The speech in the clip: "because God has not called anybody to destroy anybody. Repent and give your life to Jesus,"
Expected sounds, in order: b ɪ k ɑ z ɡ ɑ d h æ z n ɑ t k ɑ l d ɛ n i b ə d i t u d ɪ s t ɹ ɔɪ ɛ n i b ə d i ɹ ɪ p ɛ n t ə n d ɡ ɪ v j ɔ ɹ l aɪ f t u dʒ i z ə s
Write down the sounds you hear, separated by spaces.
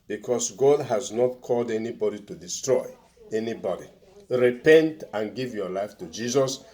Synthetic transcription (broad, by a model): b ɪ k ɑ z ɡ ɑ d h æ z n ɑ t k ɑ l d ɛ n i b ə d i t u d ɪ s t ɹ ɔɪ ɛ n i b ə d i ɹ ɪ p ɛ n t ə n ɡ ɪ v j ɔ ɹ l aɪ f t u dʒ i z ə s